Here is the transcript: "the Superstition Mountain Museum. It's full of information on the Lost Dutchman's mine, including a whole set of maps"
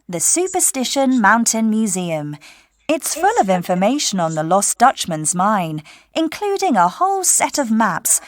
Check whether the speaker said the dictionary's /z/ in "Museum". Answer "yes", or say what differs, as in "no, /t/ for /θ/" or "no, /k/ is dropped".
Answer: yes